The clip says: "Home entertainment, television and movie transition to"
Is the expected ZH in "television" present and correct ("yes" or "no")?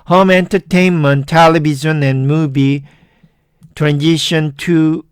no